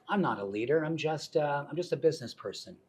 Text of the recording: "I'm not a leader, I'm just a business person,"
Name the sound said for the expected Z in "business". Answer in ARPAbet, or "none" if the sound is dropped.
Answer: Z